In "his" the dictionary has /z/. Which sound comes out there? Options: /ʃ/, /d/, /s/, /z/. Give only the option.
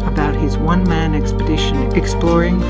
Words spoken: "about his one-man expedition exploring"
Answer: /z/